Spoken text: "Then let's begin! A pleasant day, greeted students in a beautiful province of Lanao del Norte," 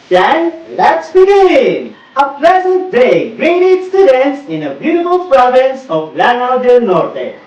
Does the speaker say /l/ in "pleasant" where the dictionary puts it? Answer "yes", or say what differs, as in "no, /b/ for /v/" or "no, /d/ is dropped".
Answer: yes